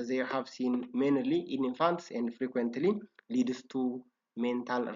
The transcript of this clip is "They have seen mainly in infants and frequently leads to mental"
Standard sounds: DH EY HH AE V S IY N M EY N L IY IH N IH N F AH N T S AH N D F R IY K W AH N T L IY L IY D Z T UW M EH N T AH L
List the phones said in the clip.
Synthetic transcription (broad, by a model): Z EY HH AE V S IY N M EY N L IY IH N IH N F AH N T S AH N D F R IY K W AH N T L IY L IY D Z T UW M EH N T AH L